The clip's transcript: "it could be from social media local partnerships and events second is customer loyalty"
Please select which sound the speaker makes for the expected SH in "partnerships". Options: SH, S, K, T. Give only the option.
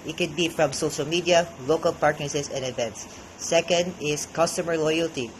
S